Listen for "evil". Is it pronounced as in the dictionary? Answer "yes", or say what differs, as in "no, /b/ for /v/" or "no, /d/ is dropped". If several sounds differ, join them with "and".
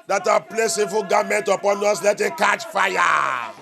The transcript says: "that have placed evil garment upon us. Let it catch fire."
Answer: no, /f/ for /v/